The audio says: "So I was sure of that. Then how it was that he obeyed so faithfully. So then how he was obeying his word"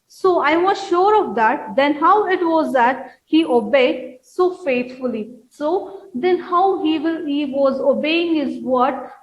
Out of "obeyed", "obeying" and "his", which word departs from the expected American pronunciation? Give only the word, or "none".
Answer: none